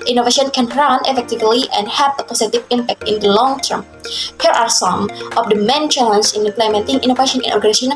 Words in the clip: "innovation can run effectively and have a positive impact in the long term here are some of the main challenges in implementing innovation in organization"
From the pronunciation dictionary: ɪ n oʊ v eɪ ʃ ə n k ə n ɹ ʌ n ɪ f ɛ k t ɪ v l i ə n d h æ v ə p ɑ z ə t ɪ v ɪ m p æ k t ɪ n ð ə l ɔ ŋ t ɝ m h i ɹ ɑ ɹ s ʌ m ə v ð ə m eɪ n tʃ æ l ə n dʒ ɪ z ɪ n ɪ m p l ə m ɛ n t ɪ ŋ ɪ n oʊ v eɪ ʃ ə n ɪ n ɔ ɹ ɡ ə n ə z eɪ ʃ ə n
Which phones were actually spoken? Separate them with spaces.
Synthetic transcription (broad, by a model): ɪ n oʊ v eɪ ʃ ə n k ə n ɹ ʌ n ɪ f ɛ k t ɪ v l i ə n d h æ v ə p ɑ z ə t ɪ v ɪ m p æ k t ɪ n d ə l ɔ ŋ t ɝ m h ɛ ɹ ɑ ɹ s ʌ m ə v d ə m eɪ n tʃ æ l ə n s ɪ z ɪ n ɪ m p l ə m ɛ n t ɪ ŋ ɪ n oʊ v eɪ ʃ ə n ɪ n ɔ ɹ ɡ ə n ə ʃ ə n